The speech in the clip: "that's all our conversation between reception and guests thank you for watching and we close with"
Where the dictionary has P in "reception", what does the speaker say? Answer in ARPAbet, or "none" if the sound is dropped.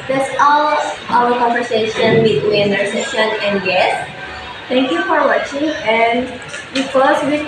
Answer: none